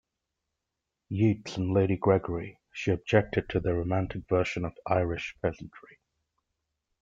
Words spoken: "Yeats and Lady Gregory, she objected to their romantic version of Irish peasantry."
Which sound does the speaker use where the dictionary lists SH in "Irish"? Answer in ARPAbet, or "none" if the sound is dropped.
SH